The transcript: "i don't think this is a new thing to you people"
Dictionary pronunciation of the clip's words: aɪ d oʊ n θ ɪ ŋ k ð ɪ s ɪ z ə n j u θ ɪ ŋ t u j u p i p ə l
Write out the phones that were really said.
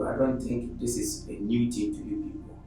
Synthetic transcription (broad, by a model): aɪ d oʊ n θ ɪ ŋ k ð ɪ s ɪ z ə n j u t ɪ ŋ t u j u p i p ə